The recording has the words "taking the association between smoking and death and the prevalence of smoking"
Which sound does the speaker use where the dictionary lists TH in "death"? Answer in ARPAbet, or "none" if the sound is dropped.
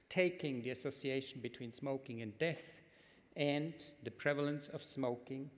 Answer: TH